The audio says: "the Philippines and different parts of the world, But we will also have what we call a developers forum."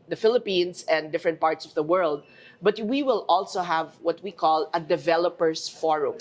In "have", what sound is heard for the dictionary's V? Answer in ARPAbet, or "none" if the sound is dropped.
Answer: V